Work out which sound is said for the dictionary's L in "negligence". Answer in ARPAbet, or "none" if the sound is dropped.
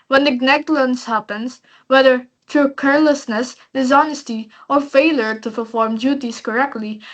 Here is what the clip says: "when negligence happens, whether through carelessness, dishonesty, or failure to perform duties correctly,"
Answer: N